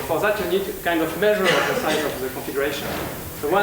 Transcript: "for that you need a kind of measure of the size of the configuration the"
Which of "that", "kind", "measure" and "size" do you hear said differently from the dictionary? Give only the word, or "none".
size